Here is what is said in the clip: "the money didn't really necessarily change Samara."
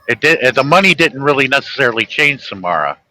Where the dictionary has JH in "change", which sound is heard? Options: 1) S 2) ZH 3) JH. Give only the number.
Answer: 2